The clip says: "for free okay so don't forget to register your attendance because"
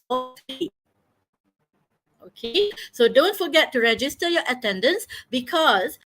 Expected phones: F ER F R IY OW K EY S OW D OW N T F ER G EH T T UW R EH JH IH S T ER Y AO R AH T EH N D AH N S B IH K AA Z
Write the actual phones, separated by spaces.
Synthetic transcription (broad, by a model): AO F IY OW K EY S OW D OW N T F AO G EH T T UW R EH JH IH S T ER Y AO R AH T EH N D AH N S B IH K AA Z